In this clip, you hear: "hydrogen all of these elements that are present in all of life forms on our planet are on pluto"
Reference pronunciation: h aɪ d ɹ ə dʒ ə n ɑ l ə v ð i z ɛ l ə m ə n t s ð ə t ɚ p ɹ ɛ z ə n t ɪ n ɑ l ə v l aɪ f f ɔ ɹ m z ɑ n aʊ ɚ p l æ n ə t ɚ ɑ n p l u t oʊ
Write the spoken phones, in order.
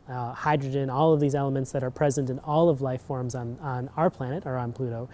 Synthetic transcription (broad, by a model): h aɪ d ɹ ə dʒ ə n ɑ l ə v ð i z ɛ l ə m ə n t s ð ə t ɚ p ɹ ɛ z ə n t ɪ n ɑ l ə v l aɪ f f ɔ ɹ m z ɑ n aʊ ɚ p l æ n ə t ɚ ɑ n p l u t oʊ